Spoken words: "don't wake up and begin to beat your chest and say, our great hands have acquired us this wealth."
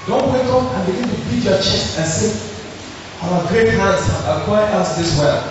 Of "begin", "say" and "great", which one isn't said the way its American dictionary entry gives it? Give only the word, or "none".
none